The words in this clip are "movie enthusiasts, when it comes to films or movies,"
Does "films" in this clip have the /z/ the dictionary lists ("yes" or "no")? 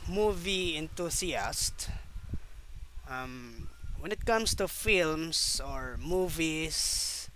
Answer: no